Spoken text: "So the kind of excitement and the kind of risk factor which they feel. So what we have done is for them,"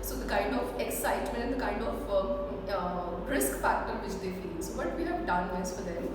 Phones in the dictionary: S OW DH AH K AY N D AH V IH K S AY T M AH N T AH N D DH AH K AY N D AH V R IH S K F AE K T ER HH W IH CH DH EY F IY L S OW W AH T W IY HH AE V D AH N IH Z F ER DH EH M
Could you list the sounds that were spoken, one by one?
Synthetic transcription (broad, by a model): S OW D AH K AY N D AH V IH K S AY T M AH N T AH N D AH K AY N D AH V R IH S K P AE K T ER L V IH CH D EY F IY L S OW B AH T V IY HH AE V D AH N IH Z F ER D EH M